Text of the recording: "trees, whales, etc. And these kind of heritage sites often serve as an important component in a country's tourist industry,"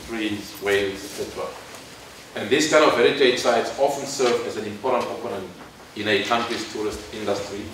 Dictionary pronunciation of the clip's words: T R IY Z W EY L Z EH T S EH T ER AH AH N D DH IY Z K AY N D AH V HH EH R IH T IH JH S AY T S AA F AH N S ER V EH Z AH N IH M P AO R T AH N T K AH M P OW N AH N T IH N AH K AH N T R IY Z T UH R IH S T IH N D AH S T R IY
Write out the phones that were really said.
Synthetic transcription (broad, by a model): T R IY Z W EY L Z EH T S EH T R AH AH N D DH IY S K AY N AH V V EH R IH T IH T S AY T S AA F AH N S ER V EH Z AH N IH M P AO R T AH N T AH P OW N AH N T IH N AH K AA N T R IY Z T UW R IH S T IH N D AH S T R IY